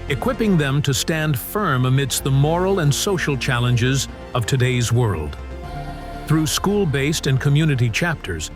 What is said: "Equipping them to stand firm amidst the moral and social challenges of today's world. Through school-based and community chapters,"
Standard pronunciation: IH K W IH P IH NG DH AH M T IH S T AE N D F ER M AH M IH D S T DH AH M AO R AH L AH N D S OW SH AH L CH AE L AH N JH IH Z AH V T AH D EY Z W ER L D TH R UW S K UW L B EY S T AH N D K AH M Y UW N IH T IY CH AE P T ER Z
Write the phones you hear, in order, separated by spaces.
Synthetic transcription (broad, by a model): IH K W IH P IH NG DH AH M T IH S T AE N D F ER M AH M IH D S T DH AH M AO R L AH N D S OW SH L CH AE L AH N JH IH Z AH V T AH D EY Z W ER L D TH R UW S K UW L B EY S T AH N K AH M Y UW N IH T IY CH AE P T ER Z